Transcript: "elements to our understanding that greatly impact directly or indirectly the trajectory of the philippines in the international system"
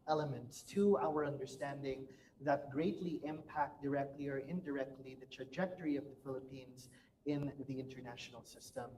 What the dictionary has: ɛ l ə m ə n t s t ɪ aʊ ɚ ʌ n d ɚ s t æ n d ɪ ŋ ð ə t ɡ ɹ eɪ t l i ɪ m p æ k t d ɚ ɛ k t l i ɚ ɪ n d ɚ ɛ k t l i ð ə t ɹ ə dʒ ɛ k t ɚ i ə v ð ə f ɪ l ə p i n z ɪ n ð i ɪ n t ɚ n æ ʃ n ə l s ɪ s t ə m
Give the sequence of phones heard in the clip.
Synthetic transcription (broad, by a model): ɛ l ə m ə n t s t ɪ aʊ ɚ ʌ n d ɚ s t æ n d ɪ ŋ ð ə t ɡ ɹ eɪ t l i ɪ m p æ k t d ɚ ɛ k t l i ɚ ɪ n d ɚ ɛ k t l i ð ə t ɹ ə dʒ ɛ k t ɚ i ə v ð ə f ɪ l ə p i n z ɪ n ð i ɪ n t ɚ n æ ʃ n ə l s ɪ s t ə m